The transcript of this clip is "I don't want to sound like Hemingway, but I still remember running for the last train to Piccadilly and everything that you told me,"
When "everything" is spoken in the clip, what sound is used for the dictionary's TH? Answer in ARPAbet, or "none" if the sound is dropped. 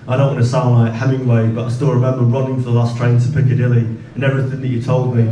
TH